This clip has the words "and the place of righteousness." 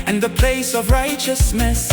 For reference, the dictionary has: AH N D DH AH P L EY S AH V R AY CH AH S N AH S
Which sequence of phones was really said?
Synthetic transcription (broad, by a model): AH N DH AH P L EY S AH V R AY CH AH S N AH S